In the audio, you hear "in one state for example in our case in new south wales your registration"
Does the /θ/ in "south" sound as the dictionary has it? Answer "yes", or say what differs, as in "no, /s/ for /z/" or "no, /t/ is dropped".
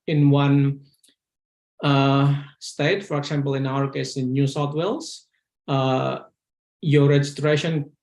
no, /t/ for /θ/